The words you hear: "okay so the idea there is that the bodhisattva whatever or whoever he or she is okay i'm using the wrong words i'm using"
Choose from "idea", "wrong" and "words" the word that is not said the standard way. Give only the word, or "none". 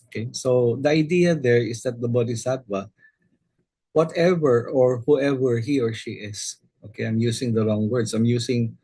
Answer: words